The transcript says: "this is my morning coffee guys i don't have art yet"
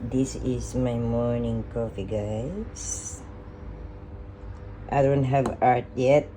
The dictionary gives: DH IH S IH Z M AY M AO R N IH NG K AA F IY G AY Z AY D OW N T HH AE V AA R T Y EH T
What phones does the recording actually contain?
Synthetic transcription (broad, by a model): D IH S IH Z M AY M AO R N IH NG K AA F IY G AY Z AY D OW N T HH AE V AA R T Y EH T